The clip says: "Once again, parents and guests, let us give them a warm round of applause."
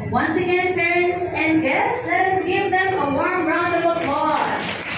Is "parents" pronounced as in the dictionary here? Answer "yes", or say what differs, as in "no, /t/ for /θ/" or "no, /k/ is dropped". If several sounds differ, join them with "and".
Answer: yes